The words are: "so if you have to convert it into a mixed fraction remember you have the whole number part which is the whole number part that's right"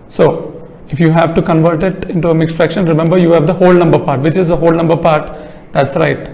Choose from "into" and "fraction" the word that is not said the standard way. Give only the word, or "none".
none